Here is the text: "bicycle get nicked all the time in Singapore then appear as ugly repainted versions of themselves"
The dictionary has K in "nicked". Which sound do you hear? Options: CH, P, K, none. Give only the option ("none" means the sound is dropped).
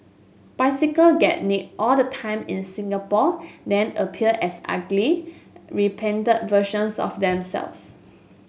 none